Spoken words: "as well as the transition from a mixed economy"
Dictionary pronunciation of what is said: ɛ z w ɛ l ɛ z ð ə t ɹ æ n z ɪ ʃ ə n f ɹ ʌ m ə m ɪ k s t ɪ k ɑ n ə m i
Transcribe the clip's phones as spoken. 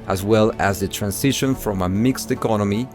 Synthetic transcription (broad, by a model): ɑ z w ɛ l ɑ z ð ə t ɹ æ n s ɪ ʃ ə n f ɹ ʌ m ə m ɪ k s t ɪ k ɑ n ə m i